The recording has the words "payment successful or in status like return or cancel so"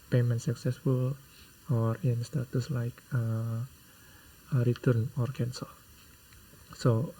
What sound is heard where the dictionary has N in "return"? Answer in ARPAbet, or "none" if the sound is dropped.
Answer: N